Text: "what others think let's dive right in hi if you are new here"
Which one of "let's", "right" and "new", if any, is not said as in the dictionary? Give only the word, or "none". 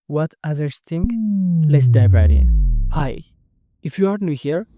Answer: right